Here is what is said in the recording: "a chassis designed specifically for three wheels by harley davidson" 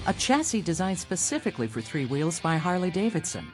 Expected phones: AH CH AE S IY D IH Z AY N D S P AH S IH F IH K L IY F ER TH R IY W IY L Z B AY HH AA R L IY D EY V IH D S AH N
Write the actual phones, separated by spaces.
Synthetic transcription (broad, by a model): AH CH AE S IY D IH Z AY N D S P AH S IH F IH K L IY F ER TH R IY W IY L Z B AY HH AA R L IY D EY V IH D S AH N